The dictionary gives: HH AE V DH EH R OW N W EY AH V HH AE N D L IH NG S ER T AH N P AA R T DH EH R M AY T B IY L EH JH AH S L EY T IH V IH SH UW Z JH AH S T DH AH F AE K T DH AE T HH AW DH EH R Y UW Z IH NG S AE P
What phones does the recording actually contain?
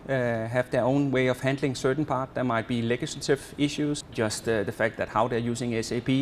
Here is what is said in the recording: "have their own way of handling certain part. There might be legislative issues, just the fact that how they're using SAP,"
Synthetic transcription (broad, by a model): HH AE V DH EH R OW N W EY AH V HH AE N D L IH NG S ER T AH N P AA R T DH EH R M AY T B IY L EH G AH S L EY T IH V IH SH UW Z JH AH S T DH AH F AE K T DH AE T HH AW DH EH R Y UW S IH NG S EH P